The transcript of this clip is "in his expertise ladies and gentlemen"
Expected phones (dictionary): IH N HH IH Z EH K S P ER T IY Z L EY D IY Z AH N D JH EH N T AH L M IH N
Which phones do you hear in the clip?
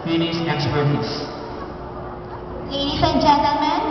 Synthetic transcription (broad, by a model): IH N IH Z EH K S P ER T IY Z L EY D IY S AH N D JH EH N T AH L M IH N